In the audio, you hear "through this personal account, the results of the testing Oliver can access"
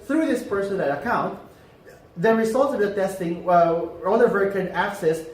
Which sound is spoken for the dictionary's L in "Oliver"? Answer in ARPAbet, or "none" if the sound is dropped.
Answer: N